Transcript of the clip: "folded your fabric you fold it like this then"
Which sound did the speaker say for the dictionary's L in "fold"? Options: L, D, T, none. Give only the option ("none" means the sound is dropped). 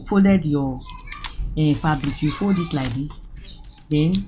none